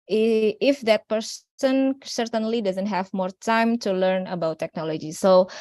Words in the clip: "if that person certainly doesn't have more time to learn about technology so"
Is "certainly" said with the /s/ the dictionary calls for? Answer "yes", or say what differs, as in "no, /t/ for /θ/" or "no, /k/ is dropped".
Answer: yes